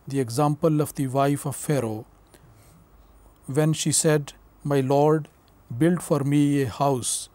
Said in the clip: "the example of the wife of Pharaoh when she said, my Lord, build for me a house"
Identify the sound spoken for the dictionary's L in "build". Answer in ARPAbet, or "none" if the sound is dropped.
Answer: L